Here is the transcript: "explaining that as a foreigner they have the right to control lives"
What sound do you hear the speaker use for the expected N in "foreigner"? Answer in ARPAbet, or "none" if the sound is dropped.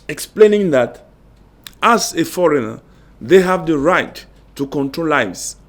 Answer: N